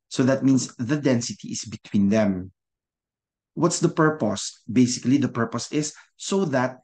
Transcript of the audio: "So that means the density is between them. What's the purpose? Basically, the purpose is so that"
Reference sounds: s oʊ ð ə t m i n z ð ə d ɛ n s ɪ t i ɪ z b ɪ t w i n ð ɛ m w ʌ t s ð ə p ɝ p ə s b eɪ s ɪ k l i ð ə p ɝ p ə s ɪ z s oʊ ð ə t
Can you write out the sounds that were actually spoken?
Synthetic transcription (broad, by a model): s oʊ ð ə t m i n s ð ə d ɛ n s ɪ t i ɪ s b ɪ t w i n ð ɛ m w ʌ t s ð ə p ɝ p ə s b eɪ s ɪ k l i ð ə p ɝ p ə s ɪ s oʊ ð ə t